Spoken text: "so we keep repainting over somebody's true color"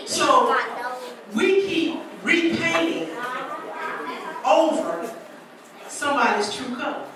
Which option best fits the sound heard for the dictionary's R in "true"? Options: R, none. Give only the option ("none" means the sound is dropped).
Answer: none